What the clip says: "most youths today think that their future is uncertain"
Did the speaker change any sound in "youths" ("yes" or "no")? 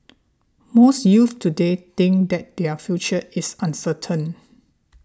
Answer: yes